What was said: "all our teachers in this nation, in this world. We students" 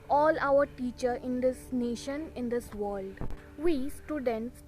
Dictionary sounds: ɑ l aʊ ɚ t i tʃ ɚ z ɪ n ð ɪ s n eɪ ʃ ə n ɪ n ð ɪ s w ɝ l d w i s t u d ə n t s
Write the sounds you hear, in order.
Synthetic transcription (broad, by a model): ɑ l aʊ ɚ t i tʃ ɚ ɪ n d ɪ s n eɪ ʃ ə n ɪ n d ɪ s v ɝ l d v i s t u d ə n t s